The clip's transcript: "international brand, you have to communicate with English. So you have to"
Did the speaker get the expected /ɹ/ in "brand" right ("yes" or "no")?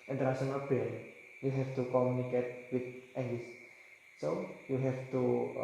no